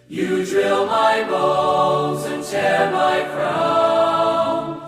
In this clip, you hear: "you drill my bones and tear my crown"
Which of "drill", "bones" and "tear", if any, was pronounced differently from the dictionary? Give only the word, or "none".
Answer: bones